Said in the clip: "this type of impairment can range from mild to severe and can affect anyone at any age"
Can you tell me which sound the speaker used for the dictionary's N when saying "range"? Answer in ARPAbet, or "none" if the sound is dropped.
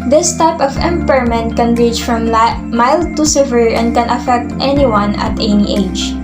none